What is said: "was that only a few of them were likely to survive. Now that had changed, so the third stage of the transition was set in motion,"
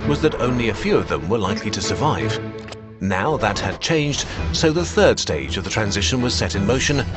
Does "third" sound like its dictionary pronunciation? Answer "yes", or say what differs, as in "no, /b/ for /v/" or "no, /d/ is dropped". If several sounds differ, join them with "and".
yes